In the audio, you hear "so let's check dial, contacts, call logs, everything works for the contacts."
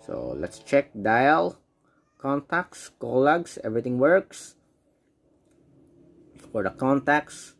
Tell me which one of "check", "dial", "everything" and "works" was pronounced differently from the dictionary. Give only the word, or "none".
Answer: everything